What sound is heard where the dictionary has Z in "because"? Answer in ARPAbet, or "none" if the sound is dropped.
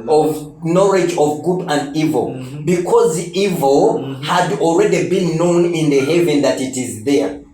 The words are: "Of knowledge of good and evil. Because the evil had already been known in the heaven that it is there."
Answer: Z